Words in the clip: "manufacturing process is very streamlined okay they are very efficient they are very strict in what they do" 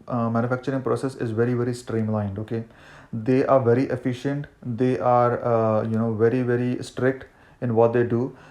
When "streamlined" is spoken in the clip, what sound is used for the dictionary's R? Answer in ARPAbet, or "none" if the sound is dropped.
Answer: R